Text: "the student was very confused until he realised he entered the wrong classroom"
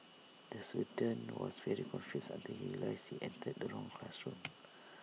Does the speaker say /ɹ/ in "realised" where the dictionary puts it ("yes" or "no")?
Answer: no